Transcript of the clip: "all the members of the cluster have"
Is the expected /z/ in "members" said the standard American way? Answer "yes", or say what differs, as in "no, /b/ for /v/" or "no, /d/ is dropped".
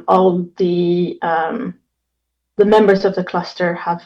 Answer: yes